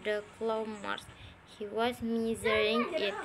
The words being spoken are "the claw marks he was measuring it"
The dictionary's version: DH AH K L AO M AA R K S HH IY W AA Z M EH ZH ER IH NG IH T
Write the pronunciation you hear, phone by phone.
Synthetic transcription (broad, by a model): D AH K L AO M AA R S HH IY W AA Z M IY Z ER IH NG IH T